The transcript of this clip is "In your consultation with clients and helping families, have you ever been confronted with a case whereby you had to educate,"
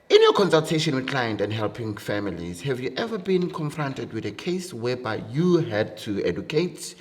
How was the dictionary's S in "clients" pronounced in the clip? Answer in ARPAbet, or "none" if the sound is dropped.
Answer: none